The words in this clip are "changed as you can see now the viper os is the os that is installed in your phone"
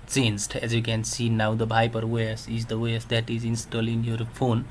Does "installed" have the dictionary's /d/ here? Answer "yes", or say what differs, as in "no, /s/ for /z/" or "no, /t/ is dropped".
no, /d/ is dropped